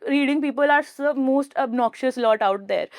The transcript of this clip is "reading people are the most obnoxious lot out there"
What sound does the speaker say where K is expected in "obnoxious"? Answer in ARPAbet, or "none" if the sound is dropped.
K